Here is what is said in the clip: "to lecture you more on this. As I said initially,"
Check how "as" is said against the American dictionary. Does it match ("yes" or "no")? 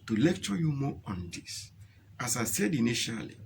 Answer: no